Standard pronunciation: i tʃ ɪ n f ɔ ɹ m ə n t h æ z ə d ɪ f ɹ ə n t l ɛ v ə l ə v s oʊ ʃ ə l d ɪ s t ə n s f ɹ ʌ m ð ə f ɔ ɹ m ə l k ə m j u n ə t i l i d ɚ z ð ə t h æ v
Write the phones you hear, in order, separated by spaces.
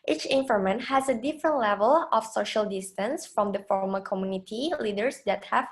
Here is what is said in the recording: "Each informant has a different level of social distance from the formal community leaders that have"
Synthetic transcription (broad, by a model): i tʃ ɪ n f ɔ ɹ m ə n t h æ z ə d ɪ f ɹ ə n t l ɛ v ə l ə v s oʊ ʃ ə l d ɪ s t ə n s f ɹ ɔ m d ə f ɔ ɹ m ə k ə m j u n ə t i l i d ɚ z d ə t h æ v